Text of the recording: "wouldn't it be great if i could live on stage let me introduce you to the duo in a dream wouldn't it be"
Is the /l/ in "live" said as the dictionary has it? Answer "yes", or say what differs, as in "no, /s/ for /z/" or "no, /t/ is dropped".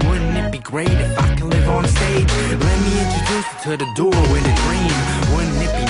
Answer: yes